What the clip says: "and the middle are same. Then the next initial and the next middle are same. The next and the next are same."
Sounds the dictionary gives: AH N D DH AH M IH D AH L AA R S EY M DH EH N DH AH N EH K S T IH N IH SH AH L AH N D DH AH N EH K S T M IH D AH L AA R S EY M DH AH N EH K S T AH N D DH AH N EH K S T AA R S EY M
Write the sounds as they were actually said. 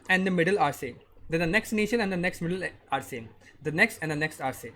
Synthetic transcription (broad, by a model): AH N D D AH M IH D AH L AA R S EY M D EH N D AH N EH K S T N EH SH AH N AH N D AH N EH K S T M IH D AH L AA R S EY M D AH N EH K S T AH N D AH N EH K S T AA R S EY